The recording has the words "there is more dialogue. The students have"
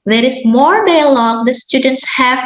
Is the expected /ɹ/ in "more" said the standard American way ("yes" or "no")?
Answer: yes